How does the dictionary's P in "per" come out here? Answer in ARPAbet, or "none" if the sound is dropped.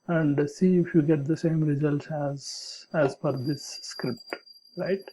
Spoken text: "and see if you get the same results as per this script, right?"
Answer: F